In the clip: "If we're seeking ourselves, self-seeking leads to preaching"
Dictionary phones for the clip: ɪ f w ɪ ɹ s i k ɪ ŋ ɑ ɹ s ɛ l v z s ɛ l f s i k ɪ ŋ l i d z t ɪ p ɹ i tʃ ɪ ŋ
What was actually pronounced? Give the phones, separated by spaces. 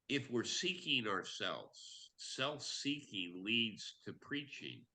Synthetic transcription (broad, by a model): ɪ f w ɪ ɹ s i k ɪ ŋ ɑ ɹ s ɛ l v z s ɛ l f s i k ɪ ŋ l i d z t ɪ p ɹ i tʃ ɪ ŋ